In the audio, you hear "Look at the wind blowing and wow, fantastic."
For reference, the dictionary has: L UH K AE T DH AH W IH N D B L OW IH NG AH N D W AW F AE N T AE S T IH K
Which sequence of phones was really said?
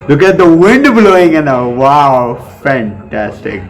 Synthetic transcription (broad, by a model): L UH K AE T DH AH W IH N D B L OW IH NG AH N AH W AW F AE N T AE S T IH K